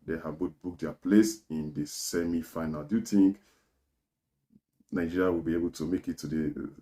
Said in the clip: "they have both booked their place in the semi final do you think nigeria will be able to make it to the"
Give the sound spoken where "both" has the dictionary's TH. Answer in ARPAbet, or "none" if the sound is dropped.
T